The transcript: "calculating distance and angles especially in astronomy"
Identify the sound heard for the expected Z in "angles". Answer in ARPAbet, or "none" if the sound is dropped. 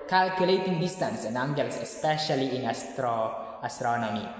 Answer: S